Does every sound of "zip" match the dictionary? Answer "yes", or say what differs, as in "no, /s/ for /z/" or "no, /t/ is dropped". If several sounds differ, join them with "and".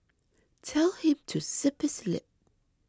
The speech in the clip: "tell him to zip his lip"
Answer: no, /s/ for /z/